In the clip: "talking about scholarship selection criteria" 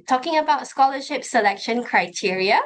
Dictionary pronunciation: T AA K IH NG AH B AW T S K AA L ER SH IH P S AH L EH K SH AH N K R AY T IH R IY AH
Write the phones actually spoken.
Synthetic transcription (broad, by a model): T AA K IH NG AH B AW T S K AA L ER SH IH P S AH L EH K SH AH N K R AY T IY R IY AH